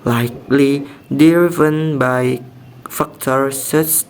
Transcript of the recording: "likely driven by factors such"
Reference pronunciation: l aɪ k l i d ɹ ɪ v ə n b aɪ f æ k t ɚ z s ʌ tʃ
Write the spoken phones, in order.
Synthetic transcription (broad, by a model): l aɪ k l i d ɪ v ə n b aɪ f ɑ k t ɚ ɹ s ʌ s